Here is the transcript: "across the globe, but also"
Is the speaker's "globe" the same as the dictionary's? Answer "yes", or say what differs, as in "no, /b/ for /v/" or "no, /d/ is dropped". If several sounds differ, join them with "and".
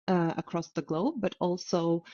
yes